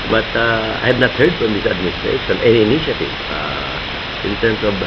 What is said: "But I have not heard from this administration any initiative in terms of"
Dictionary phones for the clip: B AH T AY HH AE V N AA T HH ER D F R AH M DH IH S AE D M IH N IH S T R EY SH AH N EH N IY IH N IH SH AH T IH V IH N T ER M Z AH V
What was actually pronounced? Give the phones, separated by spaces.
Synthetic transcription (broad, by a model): B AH T AY HH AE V N AA T HH ER D F R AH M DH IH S AE D M IH N IH S T R EY SH AH N EH N IY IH N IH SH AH T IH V IH N T ER M S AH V